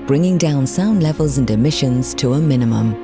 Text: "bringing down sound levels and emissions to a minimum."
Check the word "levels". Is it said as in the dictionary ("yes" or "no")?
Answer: yes